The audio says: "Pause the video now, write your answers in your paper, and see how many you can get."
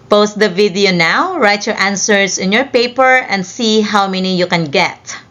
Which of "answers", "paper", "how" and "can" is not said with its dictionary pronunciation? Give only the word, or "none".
answers